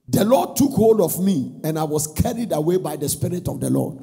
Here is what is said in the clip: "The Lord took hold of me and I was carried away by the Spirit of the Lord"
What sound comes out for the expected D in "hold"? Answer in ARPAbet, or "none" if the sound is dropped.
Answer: D